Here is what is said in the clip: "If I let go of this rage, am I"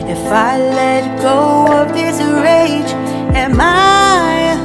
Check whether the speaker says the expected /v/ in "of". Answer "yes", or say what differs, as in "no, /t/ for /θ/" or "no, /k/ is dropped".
no, /p/ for /v/